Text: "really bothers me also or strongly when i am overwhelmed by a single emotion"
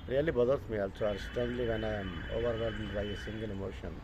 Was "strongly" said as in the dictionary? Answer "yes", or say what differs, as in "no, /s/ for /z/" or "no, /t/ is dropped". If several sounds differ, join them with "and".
no, /ɹ/ is dropped